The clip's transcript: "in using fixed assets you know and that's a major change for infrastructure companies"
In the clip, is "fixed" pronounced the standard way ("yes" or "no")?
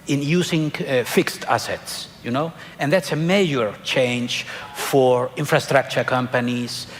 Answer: yes